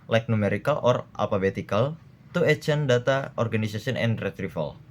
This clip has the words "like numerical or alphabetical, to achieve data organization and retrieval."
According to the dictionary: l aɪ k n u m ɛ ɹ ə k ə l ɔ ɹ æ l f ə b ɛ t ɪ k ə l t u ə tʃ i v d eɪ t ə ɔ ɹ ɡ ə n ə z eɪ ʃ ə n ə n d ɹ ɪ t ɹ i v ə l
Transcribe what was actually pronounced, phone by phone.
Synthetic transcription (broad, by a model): l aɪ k n u m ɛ ɹ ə k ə l ɔ ɹ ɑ l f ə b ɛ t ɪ k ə l t u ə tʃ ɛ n d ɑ t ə ɔ ɹ ɡ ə n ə s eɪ s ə n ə n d ɹ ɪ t ɹ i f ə l